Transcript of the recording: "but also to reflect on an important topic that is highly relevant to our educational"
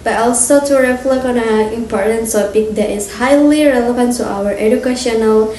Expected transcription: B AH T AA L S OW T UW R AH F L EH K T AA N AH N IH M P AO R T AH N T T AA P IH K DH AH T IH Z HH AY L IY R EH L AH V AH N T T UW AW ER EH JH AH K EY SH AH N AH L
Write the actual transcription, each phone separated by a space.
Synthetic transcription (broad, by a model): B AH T AA L S OW T UW R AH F L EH K AA N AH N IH M P AO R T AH N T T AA P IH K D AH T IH S HH AY L IY R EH L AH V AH N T T UW AW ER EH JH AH K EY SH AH N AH L